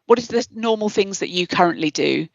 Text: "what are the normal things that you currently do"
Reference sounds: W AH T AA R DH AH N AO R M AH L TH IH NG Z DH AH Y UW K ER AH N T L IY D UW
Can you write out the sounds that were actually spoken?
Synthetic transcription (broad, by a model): W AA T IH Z DH AH N AO M AH L TH IH NG Z DH AH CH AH K ER AH N T L IY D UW